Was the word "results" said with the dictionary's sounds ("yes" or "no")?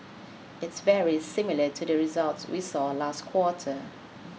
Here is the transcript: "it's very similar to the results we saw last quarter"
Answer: yes